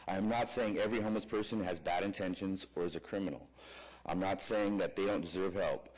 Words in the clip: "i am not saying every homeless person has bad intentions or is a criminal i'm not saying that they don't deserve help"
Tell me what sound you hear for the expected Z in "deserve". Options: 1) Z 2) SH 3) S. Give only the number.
1